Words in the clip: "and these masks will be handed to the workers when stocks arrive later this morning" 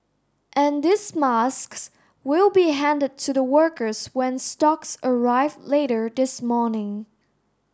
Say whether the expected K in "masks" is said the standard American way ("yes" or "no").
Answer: yes